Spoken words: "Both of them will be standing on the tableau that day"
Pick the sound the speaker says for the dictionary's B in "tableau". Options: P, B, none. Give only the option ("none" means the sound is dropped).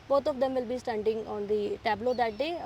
B